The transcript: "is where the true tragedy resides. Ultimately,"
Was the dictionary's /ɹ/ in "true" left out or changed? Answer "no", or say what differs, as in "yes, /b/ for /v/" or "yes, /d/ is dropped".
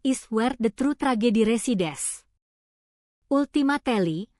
no